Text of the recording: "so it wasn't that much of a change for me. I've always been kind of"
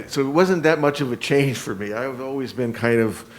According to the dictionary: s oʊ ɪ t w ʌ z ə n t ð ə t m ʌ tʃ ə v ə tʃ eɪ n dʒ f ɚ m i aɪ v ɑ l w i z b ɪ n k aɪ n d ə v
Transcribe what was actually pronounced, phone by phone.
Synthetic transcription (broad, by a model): s oʊ ɪ t w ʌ z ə n ð ə t m ʌ tʃ ə v ə tʃ eɪ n ʒ f ɚ m i aɪ v ɑ l w i z b ɪ n k aɪ n d ə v